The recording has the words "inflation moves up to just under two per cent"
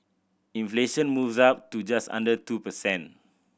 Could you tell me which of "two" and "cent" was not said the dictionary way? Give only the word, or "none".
cent